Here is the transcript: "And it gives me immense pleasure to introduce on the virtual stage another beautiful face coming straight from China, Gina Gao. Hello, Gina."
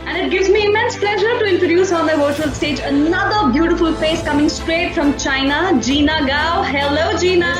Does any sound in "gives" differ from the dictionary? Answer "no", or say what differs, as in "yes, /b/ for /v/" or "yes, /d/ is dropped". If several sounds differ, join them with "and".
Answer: no